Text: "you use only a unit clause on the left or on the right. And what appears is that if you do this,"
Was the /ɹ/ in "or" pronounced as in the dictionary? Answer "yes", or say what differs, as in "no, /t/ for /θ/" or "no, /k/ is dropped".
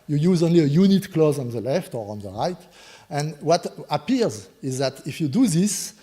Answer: yes